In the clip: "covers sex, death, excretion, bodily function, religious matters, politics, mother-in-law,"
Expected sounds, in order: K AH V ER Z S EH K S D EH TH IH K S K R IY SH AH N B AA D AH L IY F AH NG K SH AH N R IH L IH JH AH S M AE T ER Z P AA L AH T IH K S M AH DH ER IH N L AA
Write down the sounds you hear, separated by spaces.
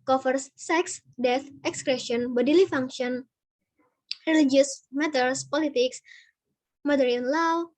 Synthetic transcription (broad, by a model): K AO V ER S EH K S D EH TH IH K S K R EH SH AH N B AA D AH L IY F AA NG K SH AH N R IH L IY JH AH S M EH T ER S P AA L AH T IH K S M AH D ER IH N L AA